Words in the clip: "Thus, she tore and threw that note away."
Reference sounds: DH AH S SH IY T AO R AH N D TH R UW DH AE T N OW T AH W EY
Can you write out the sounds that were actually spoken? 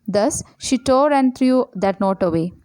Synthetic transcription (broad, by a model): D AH S SH IY T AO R AH N D T R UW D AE T N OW T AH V EY